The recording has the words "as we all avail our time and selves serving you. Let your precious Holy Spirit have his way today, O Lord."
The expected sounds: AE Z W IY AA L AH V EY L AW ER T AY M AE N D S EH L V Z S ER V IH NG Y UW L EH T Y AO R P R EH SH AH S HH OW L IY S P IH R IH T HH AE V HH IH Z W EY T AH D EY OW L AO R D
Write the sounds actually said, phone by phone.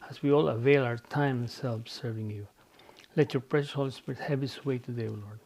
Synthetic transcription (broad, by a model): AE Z W IY AA L AH V EY L AW ER T AY M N S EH L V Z S ER V IH NG Y UW L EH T Y AO R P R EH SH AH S HH OW L IY S P IH R IH T HH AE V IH S W EY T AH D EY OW L AO R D